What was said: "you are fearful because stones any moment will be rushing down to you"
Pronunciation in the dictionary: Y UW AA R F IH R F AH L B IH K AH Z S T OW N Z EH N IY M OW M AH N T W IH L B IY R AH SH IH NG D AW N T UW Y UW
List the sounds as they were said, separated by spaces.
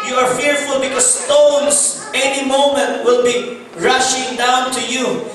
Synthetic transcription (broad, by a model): Y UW AA R F IH R F AH L B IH K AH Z S T OW N Z EH N IY M OW M AH N T W IH L B IY R AH SH IH NG D AW N T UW Y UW